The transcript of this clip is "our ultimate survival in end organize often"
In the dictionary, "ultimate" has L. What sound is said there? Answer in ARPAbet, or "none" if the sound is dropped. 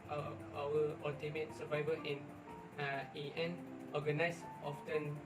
none